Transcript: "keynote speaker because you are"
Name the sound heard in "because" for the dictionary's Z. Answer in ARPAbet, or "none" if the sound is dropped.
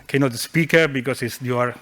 S